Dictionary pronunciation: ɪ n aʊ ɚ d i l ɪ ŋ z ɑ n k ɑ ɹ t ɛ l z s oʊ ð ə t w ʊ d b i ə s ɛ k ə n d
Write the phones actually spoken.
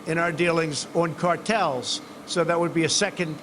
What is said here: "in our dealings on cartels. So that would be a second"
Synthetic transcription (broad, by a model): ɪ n aʊ ɚ d i l ɪ ŋ z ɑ n k ɑ ɹ t ɛ l z s oʊ ð ə t w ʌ d b i ə s ɛ k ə n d